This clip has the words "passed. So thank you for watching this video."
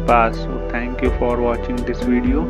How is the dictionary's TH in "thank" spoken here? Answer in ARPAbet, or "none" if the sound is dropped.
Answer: T